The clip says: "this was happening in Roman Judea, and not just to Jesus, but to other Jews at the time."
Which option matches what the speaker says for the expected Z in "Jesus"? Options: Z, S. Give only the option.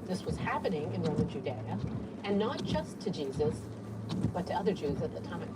Z